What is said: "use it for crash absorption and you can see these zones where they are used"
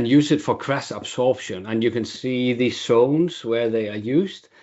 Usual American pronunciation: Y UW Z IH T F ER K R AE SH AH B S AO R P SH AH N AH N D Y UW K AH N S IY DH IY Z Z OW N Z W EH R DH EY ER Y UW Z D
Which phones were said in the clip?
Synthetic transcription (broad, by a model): Y UW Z IH T F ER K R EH S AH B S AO R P SH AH N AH N Y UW K AH N S IY DH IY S OW N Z W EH R DH EY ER Y UW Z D